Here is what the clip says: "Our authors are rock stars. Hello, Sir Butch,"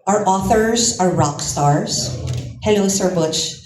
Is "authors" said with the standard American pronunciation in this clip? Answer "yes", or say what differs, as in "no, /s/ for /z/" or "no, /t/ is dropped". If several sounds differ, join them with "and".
yes